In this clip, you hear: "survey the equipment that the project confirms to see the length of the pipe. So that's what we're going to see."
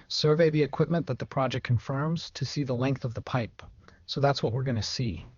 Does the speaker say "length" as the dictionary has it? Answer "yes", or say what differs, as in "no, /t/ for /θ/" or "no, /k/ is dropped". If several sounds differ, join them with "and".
yes